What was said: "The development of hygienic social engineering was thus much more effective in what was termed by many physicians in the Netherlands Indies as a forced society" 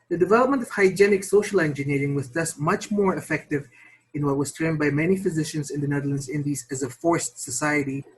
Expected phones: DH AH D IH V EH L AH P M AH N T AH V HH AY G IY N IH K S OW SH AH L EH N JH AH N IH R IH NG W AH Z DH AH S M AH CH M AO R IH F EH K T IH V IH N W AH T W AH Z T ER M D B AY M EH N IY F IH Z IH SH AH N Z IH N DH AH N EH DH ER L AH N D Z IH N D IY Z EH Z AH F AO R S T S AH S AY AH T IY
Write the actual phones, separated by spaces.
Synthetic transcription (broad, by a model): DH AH D IH V EH L AH P M AH N T AH V HH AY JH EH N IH K S OW SH AH L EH N JH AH N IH R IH NG W AH Z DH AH S M AH CH M AO R IH F EH K T IH V IH N W AH T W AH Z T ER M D B AY M EH N IY F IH Z IH SH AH N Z IH N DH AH N EH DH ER L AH N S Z IH N D IY Z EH Z AH F AO R S T S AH S AY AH T IY